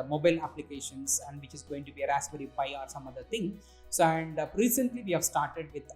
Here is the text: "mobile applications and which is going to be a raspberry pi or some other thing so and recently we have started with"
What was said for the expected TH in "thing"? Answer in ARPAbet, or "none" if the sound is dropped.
T